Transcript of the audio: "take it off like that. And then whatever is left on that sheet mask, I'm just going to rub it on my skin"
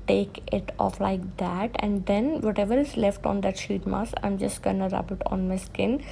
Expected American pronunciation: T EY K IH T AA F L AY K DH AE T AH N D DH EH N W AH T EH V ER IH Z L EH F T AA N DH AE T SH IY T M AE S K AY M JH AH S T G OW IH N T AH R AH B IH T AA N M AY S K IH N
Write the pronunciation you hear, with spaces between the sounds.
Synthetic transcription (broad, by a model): T EY K IH T AA F L AY K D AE T AH N D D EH N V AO T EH V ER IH S L EH F T AA N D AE T SH IY T M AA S AY M JH AH S T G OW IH N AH R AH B IH T AA N M AY S K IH N